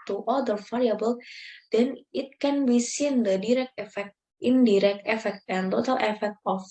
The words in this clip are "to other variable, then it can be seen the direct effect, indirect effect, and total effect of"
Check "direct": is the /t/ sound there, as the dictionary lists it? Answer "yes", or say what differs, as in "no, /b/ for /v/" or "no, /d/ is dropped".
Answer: yes